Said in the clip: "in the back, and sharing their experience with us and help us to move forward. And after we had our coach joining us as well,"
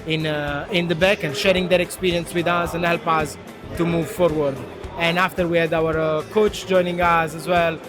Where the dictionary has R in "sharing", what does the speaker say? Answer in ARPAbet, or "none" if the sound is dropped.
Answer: R